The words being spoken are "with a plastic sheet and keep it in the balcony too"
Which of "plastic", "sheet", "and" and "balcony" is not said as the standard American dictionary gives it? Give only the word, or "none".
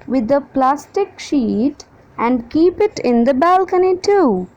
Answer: none